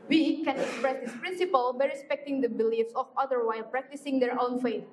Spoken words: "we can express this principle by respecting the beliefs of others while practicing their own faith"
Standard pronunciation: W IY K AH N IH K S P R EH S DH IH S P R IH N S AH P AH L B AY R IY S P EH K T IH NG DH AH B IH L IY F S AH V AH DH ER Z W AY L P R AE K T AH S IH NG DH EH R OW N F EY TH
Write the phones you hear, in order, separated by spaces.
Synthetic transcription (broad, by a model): W IY K AH N IH K S P R EH S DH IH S P R IH N S AH P AH L B AY R IY S P EH K T IH NG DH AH B IH L IY F S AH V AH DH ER W AY L P R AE K T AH S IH NG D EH R OW N F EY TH